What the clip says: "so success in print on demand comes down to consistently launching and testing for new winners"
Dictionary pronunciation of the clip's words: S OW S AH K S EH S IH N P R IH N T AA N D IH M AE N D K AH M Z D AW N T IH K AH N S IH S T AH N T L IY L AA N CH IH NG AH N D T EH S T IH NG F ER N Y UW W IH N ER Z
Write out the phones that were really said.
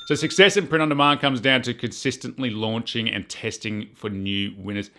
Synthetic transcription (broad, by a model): S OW S AH K S EH S IH N P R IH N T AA N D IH M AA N K AH M Z D AW N T IH K AH N S IH S T AH N T L IY L AA N CH IH NG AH N T EH S T IH NG F ER N Y UW W IH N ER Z